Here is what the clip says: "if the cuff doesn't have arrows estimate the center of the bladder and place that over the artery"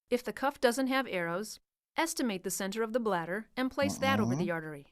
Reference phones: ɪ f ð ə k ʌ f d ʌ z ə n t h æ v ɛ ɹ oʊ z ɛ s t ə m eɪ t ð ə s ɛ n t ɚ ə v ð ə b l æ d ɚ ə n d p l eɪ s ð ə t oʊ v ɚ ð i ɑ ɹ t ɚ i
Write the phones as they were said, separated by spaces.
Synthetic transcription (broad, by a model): ɪ f ð ə k ʌ f d ʌ z ə n t h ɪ v ɛ ɹ oʊ z ɛ s t ə m eɪ t ð ə s ɛ n t ɚ ə v ð ə b l æ d ɚ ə n p l eɪ s ð ə t oʊ v ɚ ð i ɑ ɹ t ɚ i